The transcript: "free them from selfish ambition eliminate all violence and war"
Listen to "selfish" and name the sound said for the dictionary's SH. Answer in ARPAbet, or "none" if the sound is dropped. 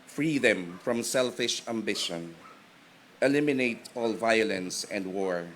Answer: SH